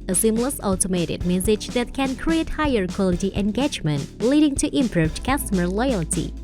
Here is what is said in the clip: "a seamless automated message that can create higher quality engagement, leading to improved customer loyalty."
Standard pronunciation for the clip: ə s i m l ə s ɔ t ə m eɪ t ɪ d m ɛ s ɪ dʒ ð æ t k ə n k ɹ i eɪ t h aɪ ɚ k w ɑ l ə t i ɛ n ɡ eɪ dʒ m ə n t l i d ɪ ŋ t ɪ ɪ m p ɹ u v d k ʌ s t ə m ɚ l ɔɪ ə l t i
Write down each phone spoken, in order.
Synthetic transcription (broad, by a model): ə s i m l ə s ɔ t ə m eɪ t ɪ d m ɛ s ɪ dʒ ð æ t k ə n k ɹ i eɪ t h aɪ ɚ k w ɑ l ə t i ɛ n ɡ eɪ dʒ m ə n t l i d ɪ ŋ t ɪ ɪ m p ɹ u v d k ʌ s t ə m ɚ l ɔɪ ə l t i